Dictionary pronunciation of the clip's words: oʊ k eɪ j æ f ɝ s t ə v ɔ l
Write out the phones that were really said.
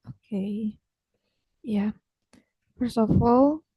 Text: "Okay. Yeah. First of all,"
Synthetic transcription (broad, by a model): oʊ k eɪ j æ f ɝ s ə f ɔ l